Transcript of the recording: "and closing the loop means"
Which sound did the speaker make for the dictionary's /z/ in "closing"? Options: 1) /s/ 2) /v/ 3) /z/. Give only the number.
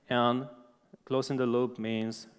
1